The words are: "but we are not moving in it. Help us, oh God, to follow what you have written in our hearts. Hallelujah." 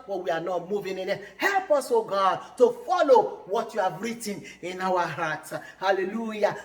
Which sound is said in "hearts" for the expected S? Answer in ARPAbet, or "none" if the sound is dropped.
none